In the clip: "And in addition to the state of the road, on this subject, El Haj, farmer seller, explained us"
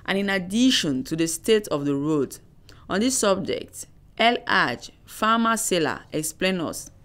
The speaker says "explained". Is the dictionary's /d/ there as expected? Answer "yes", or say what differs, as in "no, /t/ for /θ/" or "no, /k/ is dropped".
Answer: no, /d/ is dropped